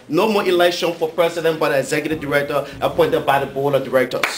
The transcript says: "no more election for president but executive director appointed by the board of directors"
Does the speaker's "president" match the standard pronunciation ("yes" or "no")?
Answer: no